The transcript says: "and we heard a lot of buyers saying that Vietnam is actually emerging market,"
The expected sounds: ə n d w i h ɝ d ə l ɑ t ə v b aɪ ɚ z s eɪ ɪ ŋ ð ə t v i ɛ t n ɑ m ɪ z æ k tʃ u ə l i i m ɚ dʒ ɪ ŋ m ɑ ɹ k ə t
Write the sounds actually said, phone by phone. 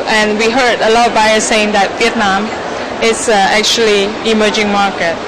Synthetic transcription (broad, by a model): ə n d w i h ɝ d ə l ɑ t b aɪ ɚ s eɪ ɪ ŋ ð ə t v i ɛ t n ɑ m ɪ s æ k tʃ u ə l i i m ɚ dʒ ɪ ŋ m ɑ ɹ k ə t